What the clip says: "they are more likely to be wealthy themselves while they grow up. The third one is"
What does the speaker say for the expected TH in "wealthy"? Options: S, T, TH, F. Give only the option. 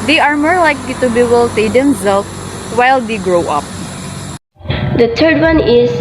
S